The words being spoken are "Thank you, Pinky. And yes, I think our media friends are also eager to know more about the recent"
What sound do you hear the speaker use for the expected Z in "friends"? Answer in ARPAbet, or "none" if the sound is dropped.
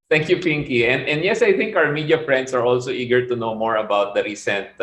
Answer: S